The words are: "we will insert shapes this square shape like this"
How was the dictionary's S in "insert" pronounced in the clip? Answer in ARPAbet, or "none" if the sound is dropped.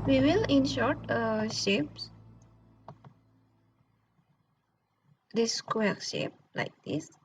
SH